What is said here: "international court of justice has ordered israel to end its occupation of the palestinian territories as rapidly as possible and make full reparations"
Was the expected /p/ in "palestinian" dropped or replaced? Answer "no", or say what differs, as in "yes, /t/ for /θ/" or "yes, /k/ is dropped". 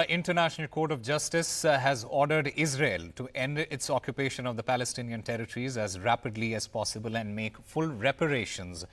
no